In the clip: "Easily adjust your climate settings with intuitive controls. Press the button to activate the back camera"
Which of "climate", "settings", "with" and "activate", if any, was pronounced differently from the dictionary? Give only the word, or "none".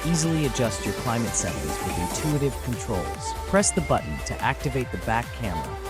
settings